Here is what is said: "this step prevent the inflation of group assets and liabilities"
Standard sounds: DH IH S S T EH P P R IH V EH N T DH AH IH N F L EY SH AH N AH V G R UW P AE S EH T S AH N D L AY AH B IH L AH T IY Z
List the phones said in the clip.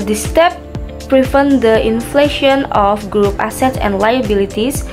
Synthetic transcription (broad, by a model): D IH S S T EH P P R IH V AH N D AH IH N F L EY SH AH N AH F G R UW P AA S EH T S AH N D L AY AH B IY L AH T IY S